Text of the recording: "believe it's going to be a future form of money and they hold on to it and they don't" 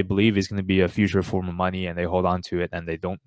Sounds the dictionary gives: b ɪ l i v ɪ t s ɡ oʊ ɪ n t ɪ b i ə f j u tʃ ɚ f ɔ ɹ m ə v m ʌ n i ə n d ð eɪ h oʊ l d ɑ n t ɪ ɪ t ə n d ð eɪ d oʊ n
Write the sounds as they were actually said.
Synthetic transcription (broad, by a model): b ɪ l i v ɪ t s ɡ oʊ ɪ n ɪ b i ə f j u tʃ ɚ f ɔ ɹ m ə v m ʌ n i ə n ð eɪ h oʊ l d ɑ n t ɪ ɪ t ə n ð eɪ d oʊ n